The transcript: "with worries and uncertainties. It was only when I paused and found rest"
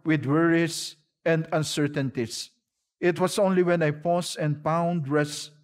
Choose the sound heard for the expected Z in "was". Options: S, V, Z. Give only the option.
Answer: S